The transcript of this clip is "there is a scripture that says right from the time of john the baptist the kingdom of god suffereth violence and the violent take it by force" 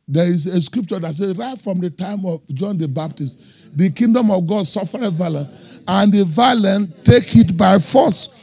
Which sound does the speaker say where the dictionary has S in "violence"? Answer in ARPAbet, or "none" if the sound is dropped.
none